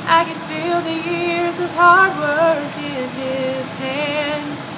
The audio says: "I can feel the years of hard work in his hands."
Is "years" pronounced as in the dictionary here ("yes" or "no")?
yes